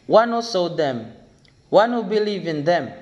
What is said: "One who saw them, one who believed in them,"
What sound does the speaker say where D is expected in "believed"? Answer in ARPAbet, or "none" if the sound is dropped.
none